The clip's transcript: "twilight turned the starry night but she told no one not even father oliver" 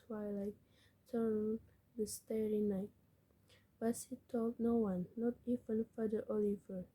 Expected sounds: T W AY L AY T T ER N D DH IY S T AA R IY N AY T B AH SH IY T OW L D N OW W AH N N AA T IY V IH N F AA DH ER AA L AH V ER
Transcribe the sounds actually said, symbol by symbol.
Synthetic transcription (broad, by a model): W AY L AY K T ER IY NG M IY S T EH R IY N AY T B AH S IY T OW L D N OW W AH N N AA T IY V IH N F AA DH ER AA L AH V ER